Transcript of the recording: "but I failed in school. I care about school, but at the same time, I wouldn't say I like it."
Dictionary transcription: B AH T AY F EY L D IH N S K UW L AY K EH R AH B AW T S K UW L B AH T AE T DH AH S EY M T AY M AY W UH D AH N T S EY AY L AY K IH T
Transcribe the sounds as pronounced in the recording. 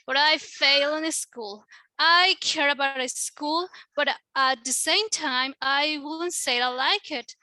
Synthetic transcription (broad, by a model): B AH T AY F EY L IH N S K UW L AY K EH R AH B AW T S K UW L B AH T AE T DH AH S EY M T AY M AY W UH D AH N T S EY AY L AY K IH T